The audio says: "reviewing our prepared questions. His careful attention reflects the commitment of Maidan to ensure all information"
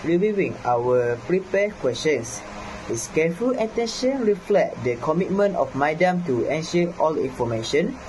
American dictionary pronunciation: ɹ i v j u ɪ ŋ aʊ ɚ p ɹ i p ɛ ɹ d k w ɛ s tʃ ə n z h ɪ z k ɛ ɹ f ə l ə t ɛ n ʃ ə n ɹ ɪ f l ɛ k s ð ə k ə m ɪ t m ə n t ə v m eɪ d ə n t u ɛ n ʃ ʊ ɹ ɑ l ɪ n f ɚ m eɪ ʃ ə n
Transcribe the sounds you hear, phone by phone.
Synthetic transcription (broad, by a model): ɹ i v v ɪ ŋ aʊ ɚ p ɹ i p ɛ k w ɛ s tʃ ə n s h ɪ s k ɛ f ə l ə t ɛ n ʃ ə n ɹ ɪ f l ɛ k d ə k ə m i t m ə n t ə f m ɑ d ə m t u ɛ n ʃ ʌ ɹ ɑ l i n f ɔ m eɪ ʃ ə n